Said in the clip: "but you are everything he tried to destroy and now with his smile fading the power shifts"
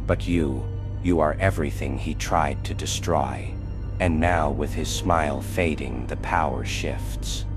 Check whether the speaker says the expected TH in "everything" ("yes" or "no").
yes